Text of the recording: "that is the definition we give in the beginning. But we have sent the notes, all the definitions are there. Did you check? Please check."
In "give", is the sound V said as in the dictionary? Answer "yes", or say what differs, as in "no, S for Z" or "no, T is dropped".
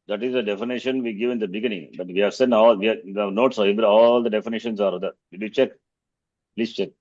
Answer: yes